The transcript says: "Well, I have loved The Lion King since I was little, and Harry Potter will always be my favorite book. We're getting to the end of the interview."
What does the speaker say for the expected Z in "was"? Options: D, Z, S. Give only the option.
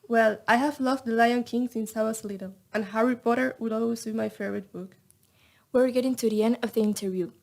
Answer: S